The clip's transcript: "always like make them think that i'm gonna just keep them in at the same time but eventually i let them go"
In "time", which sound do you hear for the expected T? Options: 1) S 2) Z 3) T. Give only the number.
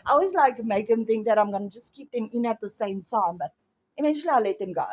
3